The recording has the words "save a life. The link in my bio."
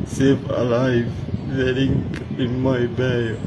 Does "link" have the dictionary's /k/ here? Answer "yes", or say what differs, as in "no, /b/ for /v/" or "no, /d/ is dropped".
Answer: no, /k/ is dropped